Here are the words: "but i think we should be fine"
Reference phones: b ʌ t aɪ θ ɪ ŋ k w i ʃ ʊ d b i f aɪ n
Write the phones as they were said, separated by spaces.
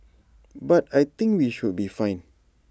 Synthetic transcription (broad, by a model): b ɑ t aɪ t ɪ ŋ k w i ʃ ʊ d b i f aɪ n